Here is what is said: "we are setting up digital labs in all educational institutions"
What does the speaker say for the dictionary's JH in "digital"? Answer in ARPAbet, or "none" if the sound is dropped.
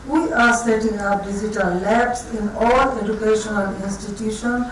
Z